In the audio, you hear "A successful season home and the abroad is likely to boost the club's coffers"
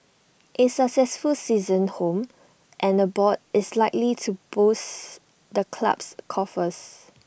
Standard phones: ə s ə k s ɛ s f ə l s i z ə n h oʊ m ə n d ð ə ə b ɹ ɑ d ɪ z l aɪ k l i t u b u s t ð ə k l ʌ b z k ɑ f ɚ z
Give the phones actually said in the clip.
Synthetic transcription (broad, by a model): ə s ə k s ɛ s f ə l s i z ə n h oʊ m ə n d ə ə b ɑ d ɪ s l aɪ k l i t u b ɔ s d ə k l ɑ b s k ɑ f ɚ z